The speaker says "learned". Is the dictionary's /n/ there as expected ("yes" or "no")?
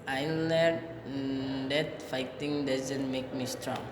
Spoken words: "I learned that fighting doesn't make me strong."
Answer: no